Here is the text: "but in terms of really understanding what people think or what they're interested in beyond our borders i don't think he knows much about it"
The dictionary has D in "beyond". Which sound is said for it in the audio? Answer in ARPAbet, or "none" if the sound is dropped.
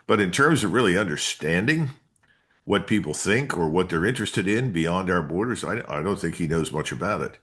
D